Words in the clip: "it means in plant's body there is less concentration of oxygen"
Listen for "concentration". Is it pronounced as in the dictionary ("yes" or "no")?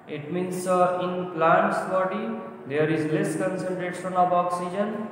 no